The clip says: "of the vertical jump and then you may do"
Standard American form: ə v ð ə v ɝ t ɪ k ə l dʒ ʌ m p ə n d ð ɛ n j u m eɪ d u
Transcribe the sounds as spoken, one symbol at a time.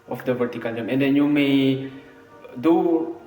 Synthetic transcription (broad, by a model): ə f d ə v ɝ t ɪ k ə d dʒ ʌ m ə n d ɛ n j u m eɪ d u